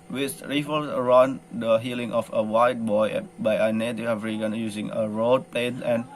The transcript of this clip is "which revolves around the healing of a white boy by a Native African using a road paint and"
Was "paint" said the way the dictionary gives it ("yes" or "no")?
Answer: no